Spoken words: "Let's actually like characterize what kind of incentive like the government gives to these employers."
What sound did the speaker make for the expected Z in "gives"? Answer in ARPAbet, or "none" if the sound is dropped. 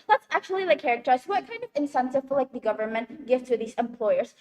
none